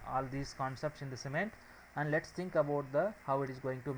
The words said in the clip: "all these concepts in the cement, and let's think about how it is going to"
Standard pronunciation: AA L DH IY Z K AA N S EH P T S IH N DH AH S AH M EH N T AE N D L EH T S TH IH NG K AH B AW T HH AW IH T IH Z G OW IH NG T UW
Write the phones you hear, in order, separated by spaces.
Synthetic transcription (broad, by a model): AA L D IY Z K AA N S EH P T S IH N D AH S AH M EH N T AE N D L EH T S T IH NG K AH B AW T HH AW IH T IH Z G OW IH NG T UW